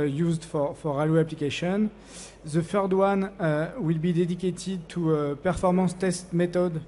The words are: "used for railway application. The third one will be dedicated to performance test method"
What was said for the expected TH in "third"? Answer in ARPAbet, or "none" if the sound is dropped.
F